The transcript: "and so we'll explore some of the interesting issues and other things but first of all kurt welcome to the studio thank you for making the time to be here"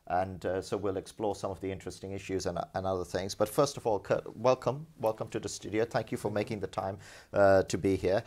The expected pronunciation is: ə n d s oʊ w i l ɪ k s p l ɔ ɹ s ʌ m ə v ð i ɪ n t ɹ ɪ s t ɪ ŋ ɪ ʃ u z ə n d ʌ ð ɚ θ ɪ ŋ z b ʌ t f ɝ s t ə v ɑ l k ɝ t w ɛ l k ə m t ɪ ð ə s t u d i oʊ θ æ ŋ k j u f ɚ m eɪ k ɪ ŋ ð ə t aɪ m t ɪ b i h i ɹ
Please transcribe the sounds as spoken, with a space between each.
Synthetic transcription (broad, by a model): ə n s oʊ w i l ɪ k s p l ɔ ɹ s ʌ m ə v ð i ɪ n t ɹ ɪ s t ɪ ŋ ɪ ʃ u z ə n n ʌ ð ɚ θ ɪ ŋ z b ʌ t f ɝ s t ə v ɑ l k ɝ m w ɛ l k ə m t ɪ ð ə s t u d i oʊ θ æ ŋ k j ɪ f ɚ m eɪ k ɪ ŋ ð ə t aɪ m t ɪ b i h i ɹ